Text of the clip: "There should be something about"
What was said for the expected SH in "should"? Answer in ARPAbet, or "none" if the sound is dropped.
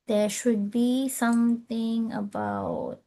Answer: SH